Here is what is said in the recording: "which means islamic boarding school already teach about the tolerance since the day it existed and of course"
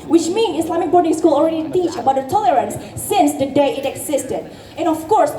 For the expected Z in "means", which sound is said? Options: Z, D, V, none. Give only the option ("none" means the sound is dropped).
none